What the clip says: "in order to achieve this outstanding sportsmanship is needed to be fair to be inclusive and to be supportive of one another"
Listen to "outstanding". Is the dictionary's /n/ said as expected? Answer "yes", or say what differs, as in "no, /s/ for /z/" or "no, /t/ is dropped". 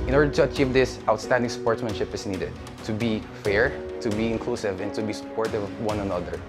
yes